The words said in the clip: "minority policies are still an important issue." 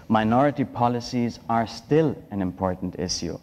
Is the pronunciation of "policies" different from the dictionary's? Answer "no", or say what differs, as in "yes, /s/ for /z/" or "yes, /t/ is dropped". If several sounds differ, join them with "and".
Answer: no